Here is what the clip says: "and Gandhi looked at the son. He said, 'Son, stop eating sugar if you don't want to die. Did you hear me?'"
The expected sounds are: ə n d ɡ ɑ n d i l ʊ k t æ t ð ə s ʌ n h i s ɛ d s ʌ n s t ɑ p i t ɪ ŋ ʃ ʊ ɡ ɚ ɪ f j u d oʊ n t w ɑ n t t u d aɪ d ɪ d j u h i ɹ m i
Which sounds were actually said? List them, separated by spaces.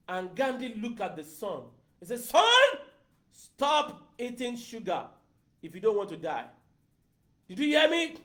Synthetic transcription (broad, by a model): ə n ɡ ɑ n d i l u k ɑ t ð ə s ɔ n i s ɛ s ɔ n s t ɑ p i t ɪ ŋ ʃ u ɡ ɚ ɪ f j u d oʊ n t w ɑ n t t u d aɪ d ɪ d j u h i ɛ m i